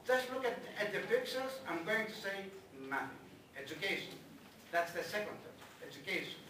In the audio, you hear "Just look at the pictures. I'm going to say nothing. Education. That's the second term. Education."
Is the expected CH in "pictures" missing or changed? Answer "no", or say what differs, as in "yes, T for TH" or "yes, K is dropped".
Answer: yes, S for CH